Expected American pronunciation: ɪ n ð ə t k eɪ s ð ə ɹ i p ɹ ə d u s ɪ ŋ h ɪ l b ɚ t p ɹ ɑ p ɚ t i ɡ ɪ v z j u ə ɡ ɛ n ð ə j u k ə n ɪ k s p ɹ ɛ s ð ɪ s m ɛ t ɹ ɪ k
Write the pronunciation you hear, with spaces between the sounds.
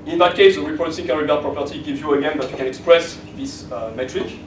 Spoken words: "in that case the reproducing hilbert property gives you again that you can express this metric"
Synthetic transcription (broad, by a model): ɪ n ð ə t k eɪ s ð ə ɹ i p l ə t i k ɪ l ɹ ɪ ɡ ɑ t p ɹ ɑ p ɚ t i ɡ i v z j u ə ɡ ɛ n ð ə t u k ə n ɪ k s p ɹ ɛ s ð ɪ s m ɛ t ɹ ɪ k